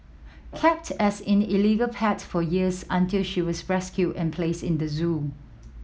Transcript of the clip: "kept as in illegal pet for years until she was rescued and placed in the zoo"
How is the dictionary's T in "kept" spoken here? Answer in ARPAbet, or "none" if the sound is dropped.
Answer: T